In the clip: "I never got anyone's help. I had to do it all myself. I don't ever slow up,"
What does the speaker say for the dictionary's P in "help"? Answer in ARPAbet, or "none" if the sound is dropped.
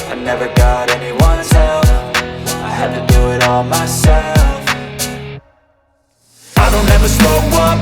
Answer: F